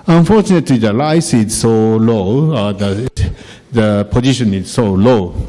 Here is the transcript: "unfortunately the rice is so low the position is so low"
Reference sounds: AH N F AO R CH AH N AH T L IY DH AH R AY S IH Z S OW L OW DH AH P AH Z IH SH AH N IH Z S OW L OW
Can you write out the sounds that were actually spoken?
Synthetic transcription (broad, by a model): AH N F AO CH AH N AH T L IY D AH L AY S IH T S OW L OW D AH P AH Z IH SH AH N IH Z S OW L OW